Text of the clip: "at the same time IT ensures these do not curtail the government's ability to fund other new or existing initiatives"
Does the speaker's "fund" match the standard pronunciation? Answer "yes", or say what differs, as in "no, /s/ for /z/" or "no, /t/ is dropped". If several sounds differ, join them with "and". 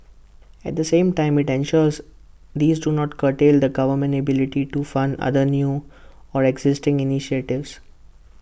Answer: yes